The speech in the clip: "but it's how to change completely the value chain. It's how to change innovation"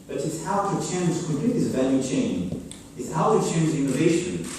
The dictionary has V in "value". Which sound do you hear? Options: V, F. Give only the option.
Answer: V